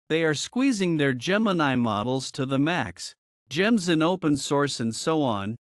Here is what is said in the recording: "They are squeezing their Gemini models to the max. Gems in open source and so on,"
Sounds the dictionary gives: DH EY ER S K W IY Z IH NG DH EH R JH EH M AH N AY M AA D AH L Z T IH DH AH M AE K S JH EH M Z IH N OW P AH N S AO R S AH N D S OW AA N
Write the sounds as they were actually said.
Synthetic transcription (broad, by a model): DH EY ER S K W IY Z IH NG DH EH R JH EH M AH N AY M AA D L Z T IH DH AH M AE K S JH EH M Z IH N OW P AH N S AO R S AH N D S OW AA N